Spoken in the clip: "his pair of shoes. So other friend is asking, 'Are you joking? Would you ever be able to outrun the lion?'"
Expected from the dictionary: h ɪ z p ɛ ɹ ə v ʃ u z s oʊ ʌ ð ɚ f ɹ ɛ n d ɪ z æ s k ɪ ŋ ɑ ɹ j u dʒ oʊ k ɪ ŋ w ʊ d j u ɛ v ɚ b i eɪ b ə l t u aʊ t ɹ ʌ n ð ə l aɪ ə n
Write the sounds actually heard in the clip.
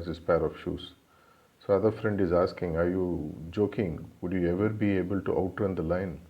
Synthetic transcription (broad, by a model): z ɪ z p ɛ ɹ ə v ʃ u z s oʊ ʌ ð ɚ f ɹ ɛ n d ɪ z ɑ s k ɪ ŋ ɑ ɹ j u dʒ oʊ k ɪ ŋ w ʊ d j u ɛ v ɚ b i eɪ b ə l t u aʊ t ʌ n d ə l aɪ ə n